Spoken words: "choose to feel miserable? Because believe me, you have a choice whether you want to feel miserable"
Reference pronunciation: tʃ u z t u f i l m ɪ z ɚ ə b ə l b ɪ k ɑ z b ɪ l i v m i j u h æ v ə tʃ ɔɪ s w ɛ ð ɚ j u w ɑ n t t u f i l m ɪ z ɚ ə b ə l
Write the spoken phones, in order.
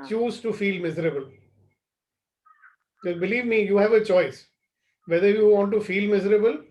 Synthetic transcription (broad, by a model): tʃ u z t u f i l m ɪ z ɚ ə b ə l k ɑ b ɪ l i v m i j u h æ v ə tʃ ɔɪ s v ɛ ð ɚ j u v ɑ n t t u f i l m ɪ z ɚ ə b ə l